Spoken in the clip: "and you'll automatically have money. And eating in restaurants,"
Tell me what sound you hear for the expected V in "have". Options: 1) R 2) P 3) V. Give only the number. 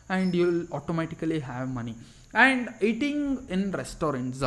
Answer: 3